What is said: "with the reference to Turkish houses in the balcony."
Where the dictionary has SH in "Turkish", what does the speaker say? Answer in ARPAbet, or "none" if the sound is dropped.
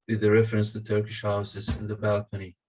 SH